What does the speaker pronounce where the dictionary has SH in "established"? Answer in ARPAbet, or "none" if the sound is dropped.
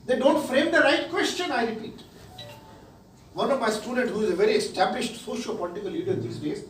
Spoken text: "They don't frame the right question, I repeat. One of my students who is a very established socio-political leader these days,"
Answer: SH